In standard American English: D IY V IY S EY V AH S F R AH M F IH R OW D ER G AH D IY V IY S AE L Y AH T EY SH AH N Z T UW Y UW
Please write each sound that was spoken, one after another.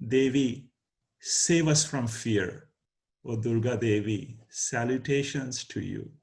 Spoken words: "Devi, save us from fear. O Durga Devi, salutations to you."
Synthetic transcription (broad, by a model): D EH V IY S EY V AH S F R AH M F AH R OW D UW G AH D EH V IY S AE L Y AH T EY SH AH N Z T UW Y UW